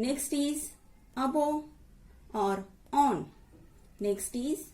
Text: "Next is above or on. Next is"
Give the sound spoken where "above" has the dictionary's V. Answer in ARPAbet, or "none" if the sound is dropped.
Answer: none